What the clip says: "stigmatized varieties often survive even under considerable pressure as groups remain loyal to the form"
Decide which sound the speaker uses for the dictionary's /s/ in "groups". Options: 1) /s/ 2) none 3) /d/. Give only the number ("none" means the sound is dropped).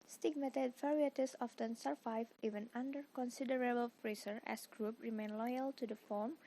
2